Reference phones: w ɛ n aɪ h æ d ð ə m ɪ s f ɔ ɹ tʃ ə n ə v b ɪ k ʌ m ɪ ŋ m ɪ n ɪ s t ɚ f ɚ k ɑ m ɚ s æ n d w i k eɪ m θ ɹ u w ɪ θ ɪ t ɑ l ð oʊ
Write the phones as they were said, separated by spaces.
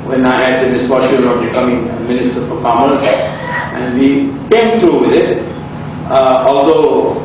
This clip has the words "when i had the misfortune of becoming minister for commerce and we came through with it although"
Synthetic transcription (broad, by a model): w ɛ n aɪ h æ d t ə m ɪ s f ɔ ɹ ʃ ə ə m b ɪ k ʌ m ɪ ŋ m ɪ n ɪ s t ɚ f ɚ k ɑ m ɚ s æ n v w i k eɪ m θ ɹ u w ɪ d ɪ t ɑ l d oʊ